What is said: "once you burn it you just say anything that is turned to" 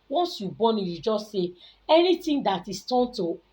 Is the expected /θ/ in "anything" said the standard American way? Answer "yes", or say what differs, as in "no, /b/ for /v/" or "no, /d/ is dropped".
no, /t/ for /θ/